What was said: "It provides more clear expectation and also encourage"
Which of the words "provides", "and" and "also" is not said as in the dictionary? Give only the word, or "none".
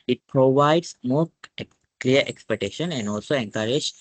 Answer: provides